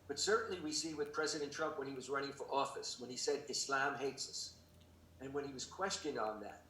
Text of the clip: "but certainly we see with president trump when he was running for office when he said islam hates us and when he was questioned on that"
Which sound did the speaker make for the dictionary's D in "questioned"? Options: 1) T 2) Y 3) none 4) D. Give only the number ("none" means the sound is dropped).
4